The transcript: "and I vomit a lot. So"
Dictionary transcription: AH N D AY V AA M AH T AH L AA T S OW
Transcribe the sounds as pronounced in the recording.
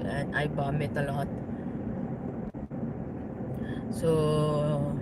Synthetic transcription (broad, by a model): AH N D AY B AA M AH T AH L AA T S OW